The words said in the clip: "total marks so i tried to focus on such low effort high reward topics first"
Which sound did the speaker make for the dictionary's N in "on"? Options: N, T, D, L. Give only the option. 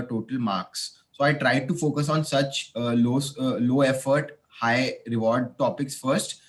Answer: N